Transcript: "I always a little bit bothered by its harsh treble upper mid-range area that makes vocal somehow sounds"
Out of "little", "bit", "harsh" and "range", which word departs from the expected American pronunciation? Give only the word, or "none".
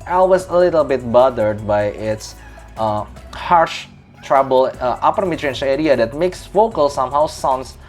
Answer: range